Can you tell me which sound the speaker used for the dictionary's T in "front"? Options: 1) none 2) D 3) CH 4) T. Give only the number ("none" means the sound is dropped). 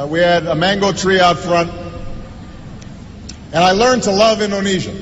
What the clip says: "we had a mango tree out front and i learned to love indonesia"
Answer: 4